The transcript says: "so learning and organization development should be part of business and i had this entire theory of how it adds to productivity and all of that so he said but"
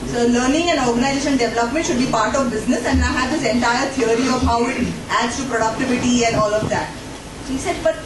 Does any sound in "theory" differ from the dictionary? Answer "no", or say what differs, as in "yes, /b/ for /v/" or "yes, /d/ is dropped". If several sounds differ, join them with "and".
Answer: yes, /t/ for /θ/